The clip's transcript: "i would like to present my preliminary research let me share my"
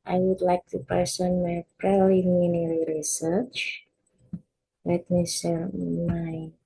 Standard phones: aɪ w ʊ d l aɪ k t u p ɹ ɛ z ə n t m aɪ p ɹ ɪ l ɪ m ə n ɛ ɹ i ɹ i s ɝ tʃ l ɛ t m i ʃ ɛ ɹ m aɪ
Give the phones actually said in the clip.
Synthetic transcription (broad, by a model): aɪ w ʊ d l aɪ k t u p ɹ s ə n m aɪ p ɹ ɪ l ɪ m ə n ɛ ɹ ɹ i s ɝ tʃ l ɛ t m i s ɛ m aɪ